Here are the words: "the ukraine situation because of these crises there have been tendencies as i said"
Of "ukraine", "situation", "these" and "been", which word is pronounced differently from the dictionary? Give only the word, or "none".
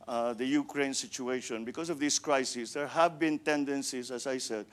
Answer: these